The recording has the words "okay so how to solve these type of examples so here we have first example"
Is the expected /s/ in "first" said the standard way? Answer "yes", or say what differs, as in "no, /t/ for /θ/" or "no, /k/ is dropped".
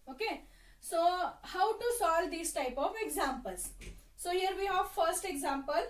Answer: yes